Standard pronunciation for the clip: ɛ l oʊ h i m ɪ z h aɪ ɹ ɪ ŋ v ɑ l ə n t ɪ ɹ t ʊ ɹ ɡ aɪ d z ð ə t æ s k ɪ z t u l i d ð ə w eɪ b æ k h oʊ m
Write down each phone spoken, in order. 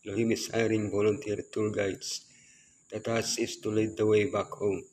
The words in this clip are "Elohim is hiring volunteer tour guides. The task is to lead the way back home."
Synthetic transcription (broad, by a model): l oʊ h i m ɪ s h aɪ ɹ ɪ ŋ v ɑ l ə n t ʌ ɹ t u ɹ ɡ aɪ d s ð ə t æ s ɪ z t u l i d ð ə w eɪ b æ k h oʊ m